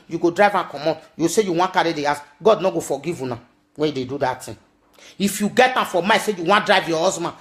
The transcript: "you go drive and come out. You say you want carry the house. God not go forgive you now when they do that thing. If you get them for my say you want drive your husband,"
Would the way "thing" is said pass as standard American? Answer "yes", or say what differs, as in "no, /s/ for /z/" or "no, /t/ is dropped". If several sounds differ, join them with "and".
no, /t/ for /θ/